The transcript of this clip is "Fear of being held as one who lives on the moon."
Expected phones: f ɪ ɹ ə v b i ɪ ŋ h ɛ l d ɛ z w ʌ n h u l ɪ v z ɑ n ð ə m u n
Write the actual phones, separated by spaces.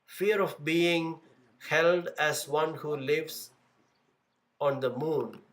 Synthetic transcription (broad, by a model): f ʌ ɹ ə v b i ɪ ŋ h ɛ l d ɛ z w ʌ n h u l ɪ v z ɑ n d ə m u n